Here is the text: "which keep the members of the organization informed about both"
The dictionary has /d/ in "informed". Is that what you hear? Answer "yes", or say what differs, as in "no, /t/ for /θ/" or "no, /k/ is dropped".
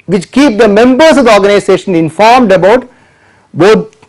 yes